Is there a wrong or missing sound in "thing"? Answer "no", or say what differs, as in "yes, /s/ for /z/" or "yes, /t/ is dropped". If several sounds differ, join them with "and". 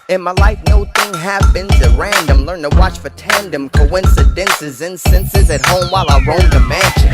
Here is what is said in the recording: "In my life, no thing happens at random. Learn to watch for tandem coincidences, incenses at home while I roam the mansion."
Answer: no